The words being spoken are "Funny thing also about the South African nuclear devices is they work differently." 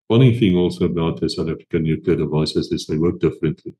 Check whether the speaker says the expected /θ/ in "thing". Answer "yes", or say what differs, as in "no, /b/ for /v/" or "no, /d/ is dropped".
yes